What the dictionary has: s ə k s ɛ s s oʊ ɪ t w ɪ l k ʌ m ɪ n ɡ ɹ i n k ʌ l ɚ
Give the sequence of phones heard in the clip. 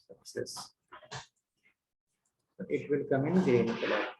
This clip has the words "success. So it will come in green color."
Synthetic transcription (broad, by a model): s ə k s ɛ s s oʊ ɪ t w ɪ l k ʌ m ɪ n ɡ ɛ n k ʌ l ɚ